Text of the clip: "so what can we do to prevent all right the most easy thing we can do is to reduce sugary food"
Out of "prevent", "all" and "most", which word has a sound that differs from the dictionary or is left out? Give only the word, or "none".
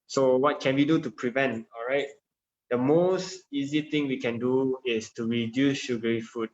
none